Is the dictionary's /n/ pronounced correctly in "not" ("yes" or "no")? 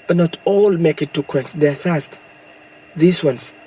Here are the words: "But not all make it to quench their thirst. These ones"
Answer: yes